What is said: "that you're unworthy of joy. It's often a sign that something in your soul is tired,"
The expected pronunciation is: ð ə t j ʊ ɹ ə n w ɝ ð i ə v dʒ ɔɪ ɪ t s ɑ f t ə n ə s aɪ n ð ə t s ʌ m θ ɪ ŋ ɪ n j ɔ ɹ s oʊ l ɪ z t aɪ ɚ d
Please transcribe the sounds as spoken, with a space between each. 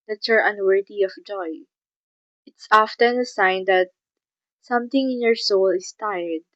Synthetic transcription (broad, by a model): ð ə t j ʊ ɹ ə n w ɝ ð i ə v dʒ ɔɪ ɪ t s ɑ f t ə n ə s aɪ n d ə t s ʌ m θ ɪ ŋ ɪ n j ɔ ɹ s oʊ l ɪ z t aɪ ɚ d